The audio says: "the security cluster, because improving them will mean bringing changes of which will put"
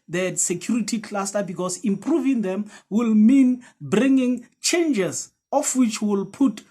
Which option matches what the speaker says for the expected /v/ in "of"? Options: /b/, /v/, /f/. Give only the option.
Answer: /f/